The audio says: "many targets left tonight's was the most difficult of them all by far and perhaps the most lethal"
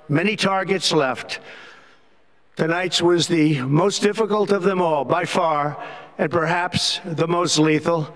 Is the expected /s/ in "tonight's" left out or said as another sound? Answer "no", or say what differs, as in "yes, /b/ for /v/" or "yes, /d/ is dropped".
no